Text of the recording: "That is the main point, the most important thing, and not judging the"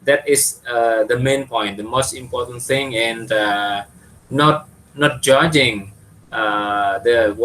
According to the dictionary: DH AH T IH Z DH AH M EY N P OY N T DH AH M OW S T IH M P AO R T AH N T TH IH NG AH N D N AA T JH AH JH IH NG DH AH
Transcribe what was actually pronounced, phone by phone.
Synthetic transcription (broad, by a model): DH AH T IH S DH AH M EY N P OY N T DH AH M OW S T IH M P AO T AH N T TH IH NG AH N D N AA T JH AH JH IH NG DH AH